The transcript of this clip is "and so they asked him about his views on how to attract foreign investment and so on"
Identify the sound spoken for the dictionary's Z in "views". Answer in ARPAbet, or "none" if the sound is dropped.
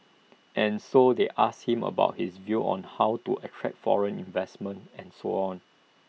none